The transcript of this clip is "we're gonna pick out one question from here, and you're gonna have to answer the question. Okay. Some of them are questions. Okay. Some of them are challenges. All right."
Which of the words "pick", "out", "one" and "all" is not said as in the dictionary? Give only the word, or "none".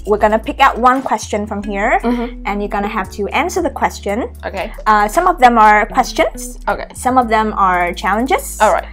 none